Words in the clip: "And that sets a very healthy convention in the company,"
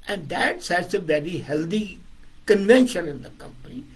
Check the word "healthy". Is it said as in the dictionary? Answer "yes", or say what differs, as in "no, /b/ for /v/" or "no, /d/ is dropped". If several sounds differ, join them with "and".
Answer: no, /t/ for /θ/